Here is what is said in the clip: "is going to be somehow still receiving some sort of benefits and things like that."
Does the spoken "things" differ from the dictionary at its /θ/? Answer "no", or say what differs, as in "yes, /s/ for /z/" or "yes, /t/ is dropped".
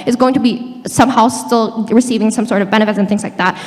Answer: no